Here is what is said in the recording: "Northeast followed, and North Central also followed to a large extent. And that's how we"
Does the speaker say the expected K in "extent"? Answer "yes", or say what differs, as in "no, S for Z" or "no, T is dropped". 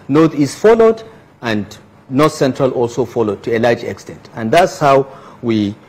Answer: yes